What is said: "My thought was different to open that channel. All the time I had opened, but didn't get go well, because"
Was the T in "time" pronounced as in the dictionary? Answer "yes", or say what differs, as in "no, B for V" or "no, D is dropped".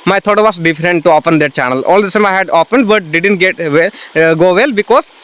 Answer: no, S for T